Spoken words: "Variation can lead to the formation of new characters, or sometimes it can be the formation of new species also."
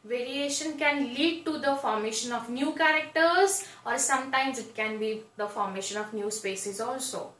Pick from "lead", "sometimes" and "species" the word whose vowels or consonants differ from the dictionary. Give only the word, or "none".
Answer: species